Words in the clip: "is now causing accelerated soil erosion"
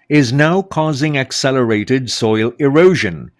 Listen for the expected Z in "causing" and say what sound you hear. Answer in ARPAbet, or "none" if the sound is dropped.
Z